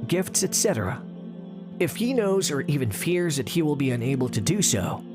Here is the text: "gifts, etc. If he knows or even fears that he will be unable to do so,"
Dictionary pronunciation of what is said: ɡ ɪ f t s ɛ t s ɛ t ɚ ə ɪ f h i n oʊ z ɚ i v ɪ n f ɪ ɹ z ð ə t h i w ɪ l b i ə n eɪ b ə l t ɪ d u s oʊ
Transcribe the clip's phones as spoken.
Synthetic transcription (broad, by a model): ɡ ɪ f t s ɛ t s ɛ t ɚ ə ɪ f h i n oʊ z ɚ i v ɪ n f ɪ ɹ z ð ə t h i w ɪ l b i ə n eɪ b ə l t ɪ d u s oʊ